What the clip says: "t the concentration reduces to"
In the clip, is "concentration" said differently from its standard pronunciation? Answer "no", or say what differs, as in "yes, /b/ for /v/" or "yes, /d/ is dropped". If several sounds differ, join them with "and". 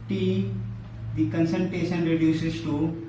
yes, /ɹ/ is dropped